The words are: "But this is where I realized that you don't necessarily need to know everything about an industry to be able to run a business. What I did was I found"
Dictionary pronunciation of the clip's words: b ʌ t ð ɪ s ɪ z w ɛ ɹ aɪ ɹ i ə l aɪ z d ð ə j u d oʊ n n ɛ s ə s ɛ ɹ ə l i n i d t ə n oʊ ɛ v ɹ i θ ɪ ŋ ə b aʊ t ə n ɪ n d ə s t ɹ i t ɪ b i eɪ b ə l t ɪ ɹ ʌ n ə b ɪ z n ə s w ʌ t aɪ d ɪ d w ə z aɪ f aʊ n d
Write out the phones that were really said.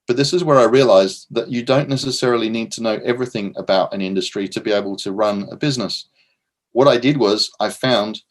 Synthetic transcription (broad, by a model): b ʌ t ð ɪ s ɪ z w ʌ ɹ aɪ ɹ i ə l aɪ z ð ə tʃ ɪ d oʊ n n ɛ s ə s ɛ ɹ l i n i d t ə n oʊ ɛ v ɹ i θ ɪ ŋ ə b aʊ t ə n ɪ n d ə s t ɹ i t ɪ b i eɪ b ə l t ɪ ɹ ʌ n ə b ɪ z n ə s w ʌ t aɪ d ɪ d w ə z aɪ f aʊ n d